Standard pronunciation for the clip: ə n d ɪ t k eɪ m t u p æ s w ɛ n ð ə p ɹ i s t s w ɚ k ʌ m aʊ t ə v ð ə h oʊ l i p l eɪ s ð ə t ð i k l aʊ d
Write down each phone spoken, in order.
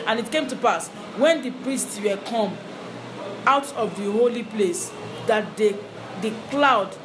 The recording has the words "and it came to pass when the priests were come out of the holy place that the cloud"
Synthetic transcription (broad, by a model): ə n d ɪ t k eɪ m t u p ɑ s w ɛ n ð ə p ɹ i s t s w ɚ k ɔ m aʊ t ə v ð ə h oʊ l i p l eɪ s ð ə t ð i k l aʊ d